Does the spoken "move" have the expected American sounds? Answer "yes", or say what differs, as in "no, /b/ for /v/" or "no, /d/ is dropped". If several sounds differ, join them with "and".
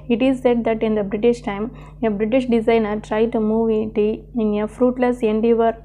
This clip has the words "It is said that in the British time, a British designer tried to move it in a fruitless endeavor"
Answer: yes